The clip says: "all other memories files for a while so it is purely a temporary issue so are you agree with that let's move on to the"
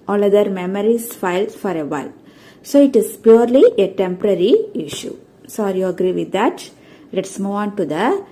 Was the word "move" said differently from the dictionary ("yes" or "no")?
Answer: yes